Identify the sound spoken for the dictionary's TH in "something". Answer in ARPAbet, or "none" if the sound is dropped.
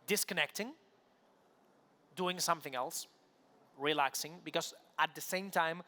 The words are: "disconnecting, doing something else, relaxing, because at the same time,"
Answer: TH